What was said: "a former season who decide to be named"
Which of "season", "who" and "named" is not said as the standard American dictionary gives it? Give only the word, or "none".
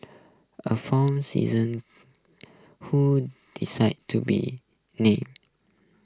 named